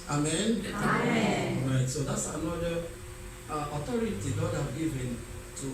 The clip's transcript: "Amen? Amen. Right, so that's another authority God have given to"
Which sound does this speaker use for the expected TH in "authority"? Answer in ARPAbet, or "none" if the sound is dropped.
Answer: T